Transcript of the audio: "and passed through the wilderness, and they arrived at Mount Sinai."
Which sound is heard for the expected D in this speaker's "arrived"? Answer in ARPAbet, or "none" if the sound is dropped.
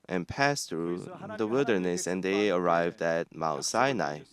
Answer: D